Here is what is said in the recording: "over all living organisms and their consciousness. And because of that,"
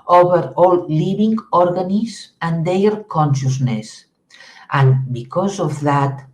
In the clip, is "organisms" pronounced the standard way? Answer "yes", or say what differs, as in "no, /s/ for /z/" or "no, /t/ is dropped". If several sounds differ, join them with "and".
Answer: no, /m/ is dropped